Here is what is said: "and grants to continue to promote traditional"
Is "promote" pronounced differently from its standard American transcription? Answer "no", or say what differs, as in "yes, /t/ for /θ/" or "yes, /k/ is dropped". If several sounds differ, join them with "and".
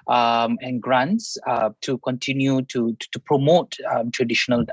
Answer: no